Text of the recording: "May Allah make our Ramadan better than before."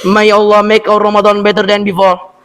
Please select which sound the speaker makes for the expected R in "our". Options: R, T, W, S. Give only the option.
W